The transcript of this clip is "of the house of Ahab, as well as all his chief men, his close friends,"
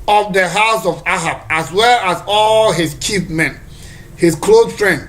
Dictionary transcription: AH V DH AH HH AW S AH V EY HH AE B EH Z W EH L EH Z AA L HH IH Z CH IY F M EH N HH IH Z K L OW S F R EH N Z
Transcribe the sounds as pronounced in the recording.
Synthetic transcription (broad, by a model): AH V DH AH HH AW S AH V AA HH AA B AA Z W EH L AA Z AA L HH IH S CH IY P M EH N HH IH S K L OW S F R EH N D